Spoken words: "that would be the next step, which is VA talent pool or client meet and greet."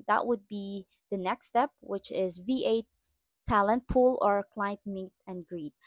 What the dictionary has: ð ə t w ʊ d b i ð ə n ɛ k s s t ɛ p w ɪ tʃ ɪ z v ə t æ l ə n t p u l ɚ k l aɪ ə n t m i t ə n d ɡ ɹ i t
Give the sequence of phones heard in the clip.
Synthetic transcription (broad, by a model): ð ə t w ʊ d b i ð ə n ɛ k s s t ɛ p w ɪ tʃ ɪ z v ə t æ l ə n t p u l ɚ k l aɪ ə n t m i t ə n ɡ ɹ i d